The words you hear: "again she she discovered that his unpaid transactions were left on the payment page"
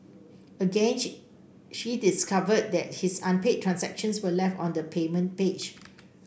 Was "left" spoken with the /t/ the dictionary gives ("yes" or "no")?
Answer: yes